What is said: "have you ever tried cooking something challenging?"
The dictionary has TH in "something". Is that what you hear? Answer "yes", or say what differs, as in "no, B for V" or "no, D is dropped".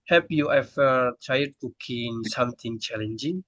no, T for TH